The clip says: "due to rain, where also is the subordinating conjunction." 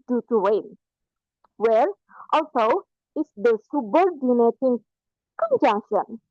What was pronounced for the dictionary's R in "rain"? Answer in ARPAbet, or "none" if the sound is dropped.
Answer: W